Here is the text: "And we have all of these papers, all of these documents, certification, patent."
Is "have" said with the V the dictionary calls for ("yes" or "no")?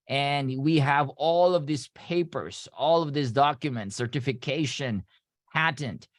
yes